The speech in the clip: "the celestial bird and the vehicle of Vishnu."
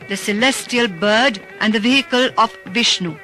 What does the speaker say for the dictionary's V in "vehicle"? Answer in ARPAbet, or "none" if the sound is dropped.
V